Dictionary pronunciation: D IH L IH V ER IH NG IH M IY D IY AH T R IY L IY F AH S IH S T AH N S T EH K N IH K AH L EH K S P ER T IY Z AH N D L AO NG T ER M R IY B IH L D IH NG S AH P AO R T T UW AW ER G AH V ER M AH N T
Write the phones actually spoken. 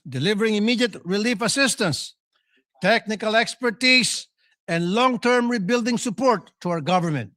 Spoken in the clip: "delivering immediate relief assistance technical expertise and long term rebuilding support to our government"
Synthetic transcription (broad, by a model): D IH L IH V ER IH NG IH M IY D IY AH T R IY L IY F AH S IH S T AH N S T EH K N IH K AH L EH K S P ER T IY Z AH N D L AO NG T ER M R IY B IH L D IH NG S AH P AO R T T UW AW ER G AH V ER M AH N T